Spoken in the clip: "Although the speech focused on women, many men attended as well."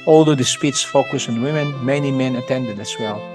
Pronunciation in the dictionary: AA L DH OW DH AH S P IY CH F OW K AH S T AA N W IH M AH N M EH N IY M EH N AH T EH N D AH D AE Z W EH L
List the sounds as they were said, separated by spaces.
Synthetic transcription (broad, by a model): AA L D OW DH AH S P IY S F OW K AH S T AA N W IH M AH N M EH N IY M EH N AH T EH N D AH D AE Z W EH L